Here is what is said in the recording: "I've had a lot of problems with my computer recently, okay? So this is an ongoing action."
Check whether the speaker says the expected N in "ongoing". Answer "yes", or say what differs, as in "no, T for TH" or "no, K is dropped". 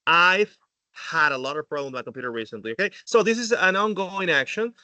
yes